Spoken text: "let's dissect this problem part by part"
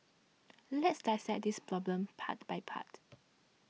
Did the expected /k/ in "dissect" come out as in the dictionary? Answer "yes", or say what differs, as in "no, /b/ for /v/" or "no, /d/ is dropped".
no, /k/ is dropped